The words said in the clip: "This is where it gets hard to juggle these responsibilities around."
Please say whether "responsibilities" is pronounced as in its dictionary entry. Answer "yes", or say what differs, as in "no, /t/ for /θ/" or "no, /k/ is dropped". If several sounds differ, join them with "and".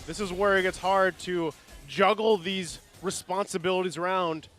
yes